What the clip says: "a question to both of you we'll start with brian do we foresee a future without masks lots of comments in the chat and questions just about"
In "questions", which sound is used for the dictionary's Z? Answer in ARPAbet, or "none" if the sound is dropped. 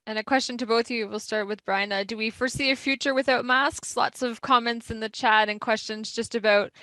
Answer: Z